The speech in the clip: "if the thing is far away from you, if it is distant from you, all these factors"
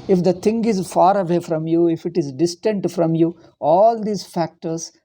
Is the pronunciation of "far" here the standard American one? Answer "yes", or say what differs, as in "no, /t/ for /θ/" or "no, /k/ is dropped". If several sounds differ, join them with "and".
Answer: yes